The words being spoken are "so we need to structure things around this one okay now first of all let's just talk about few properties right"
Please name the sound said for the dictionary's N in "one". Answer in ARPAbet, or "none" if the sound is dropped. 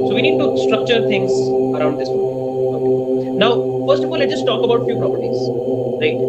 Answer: none